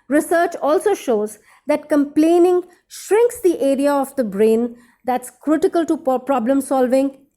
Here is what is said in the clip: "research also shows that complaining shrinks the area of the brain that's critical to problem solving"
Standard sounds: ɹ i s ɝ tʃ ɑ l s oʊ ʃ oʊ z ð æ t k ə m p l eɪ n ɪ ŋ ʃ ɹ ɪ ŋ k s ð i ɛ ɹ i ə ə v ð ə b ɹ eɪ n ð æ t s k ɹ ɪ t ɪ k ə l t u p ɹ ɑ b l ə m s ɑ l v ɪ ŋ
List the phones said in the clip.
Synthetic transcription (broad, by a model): ɹ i s ɝ tʃ ɑ l s oʊ ʃ oʊ z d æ t k ə m p l eɪ n ɪ ŋ ʃ ɹ ɪ ŋ k s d i ɛ ɹ i ə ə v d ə b ɹ eɪ n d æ t s k ɹ ɪ t ɪ k ə l t u p ɹ ɑ b l ə m s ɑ l v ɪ ŋ